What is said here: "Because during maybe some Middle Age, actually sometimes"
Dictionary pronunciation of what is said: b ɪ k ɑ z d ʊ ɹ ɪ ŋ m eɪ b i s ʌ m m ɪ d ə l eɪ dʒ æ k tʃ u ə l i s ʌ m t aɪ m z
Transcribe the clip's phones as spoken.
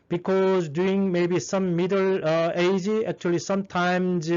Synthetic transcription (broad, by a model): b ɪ k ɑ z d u ɪ ŋ m eɪ b i s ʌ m m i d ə l eɪ dʒ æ k tʃ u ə l i s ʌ m t aɪ m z